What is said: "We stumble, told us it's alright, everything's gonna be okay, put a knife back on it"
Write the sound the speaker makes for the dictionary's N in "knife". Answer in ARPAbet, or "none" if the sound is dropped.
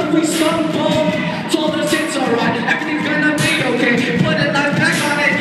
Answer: L